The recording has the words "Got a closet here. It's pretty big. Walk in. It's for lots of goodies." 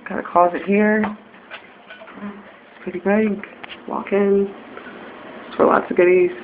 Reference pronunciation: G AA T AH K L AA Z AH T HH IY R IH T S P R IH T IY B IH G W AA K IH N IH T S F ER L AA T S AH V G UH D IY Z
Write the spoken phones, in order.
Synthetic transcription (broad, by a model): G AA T AH K AA Z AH T HH IY R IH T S P R IH T IY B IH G W AA K IH N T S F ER L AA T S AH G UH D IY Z